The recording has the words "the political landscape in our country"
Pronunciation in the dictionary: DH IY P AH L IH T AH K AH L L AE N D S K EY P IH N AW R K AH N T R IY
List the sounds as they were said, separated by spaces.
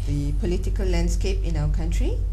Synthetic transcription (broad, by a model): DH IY P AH L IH T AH K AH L L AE N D S K EY P IH N AW W K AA N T R IY